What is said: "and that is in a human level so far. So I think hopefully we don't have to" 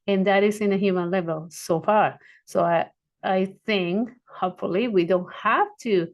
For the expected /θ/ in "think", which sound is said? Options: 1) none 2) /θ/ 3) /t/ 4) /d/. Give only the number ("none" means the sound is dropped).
2